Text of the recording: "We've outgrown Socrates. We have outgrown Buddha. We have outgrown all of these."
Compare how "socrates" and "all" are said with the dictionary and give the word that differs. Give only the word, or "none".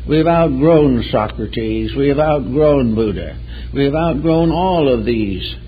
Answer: none